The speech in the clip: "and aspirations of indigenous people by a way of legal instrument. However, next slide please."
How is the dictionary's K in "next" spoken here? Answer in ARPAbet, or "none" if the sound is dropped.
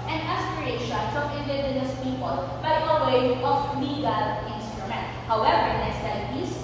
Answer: none